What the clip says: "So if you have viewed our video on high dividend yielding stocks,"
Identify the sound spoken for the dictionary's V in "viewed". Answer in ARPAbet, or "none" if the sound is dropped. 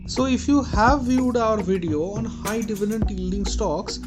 V